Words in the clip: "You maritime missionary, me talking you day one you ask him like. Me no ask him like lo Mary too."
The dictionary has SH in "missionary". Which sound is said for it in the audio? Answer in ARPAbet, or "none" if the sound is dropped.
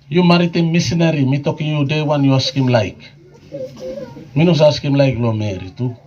S